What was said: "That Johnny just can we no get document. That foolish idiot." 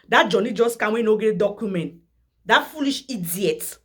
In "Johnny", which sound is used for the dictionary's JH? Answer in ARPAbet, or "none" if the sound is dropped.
JH